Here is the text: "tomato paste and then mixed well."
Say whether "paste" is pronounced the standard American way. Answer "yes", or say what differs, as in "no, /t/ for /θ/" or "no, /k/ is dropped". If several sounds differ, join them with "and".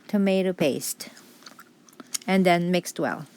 yes